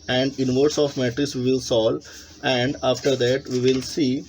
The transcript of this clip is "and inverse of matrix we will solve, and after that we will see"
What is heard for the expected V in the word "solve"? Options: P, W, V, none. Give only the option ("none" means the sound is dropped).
none